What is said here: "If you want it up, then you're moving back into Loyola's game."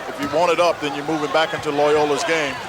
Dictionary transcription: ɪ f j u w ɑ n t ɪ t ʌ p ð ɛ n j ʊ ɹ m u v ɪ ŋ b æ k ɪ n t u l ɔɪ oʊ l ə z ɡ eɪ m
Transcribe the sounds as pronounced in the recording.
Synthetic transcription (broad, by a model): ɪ f j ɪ w ɑ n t ɪ t ʌ p ð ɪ n j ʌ ɹ m u v ɪ ŋ b æ k ɪ n t u l ɔɪ oʊ l ə z ɡ eɪ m